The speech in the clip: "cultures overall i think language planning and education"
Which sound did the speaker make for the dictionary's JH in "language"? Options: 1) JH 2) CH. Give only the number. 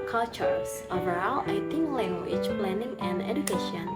2